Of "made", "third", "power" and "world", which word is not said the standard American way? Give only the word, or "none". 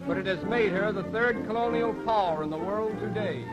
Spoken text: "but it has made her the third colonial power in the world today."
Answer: none